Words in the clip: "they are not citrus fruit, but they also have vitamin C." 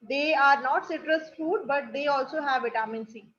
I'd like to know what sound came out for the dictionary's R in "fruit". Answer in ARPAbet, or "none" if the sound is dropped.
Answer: none